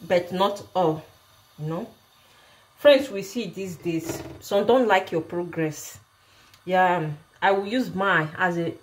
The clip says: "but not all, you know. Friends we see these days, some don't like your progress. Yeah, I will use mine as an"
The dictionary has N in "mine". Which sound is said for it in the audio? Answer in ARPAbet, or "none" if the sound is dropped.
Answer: none